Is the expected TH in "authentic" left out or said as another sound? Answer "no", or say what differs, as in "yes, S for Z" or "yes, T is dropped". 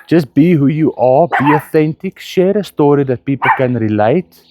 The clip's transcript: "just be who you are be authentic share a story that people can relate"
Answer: no